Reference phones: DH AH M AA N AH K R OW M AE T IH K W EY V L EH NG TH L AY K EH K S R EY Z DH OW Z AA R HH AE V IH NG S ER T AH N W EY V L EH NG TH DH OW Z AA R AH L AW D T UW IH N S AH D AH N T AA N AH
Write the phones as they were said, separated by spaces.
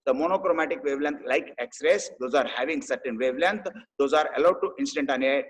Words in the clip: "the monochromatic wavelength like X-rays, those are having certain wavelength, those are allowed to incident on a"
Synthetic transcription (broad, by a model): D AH M AA N AH K R OW M AE T IH K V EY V L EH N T L AY K EH K S R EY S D OW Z AA R HH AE V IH NG S ER T AH N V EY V L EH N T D OW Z AA R AH L AW D T UW IH N S AH D AH N T AA N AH